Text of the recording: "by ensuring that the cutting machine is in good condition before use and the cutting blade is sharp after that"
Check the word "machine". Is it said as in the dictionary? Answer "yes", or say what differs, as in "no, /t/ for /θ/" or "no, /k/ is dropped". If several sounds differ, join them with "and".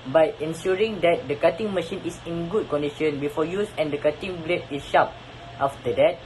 yes